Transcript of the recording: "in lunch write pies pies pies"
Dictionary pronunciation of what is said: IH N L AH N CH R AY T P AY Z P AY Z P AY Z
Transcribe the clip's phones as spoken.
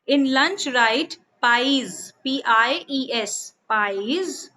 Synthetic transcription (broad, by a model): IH N L AH N CH R AY T P AY Z P AY S P AY Z